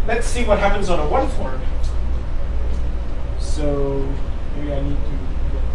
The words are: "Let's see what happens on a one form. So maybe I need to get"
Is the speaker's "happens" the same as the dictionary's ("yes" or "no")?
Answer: yes